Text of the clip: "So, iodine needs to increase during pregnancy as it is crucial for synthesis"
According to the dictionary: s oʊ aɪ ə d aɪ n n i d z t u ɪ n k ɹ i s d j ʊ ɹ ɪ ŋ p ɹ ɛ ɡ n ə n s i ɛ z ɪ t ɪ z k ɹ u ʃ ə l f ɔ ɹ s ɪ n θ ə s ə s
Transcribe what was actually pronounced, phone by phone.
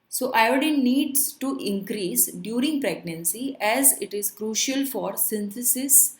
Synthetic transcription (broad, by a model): s oʊ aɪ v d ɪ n n i d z t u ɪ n k ɹ i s d j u ɹ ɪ ŋ p ɹ ɛ ɡ n ə n s i ɛ z ɪ t ɪ z k ɹ u ʃ ə l f ɔ ɹ s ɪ n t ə s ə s